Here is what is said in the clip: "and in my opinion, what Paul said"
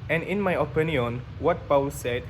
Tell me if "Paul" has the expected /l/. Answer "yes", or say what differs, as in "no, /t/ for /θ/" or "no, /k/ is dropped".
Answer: no, /w/ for /l/